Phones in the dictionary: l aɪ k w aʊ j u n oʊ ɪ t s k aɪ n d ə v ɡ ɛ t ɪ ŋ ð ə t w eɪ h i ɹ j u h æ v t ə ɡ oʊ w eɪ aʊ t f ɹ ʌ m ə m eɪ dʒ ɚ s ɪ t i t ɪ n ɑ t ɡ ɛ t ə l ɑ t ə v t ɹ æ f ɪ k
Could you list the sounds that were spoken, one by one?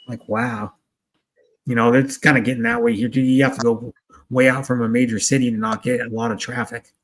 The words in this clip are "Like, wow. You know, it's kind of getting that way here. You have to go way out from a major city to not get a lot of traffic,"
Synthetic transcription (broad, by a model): l aɪ k w aʊ j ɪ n oʊ ɪ t s k aɪ n d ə ɡ ɛ t ɪ ŋ ð ə t w eɪ h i ɹ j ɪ h æ f t ə ɡ oʊ w eɪ aʊ t f ɹ ʌ m ə m eɪ dʒ ɚ s ɪ t i t ɪ n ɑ t ɡ ɛ t ə l ɑ t ə v t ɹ æ f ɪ k